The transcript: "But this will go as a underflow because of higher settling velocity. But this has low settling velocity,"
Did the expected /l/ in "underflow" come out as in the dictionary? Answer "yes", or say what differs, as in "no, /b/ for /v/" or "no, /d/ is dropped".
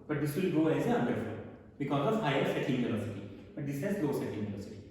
no, /l/ is dropped